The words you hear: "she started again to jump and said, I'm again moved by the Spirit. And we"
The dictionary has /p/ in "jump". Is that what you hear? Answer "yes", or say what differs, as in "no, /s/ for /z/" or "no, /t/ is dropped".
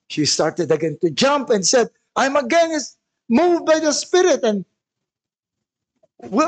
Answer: yes